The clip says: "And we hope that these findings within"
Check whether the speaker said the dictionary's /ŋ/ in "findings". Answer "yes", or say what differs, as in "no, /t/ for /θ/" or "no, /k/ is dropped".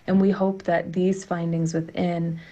yes